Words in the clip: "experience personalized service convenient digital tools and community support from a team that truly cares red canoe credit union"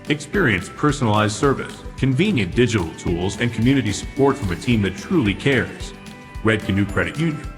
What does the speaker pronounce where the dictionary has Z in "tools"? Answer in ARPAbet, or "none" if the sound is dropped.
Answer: Z